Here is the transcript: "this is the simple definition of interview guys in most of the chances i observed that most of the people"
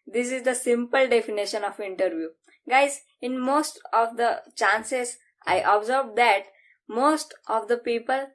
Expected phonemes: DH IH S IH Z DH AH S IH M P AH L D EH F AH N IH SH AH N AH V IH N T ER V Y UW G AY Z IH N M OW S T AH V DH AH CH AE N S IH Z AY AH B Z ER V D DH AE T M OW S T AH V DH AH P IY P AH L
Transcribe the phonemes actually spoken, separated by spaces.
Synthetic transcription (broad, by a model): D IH S IH Z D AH S IH M P AH L D EH F AH N IH SH AH N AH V IH N T ER V Y UW G AY Z IH N M OW S T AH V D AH CH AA N S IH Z AY AH B Z ER V D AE T M OW S T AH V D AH P IY P AH L